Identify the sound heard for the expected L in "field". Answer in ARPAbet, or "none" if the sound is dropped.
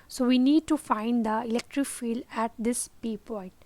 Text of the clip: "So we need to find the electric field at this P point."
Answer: L